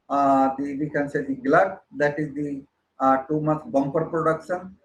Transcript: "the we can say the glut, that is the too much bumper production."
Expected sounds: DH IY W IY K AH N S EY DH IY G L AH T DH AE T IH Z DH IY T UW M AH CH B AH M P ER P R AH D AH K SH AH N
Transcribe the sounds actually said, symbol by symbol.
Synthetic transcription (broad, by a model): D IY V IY K AH N S EY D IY G L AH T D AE T IH Z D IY T UW M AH S B AH M P ER P R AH D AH K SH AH N